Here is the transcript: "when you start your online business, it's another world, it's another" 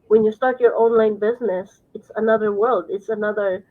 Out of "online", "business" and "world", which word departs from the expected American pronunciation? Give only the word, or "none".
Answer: none